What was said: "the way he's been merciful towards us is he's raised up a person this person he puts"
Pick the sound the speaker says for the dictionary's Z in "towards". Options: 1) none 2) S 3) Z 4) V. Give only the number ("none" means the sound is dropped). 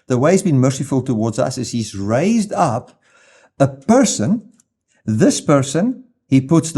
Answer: 3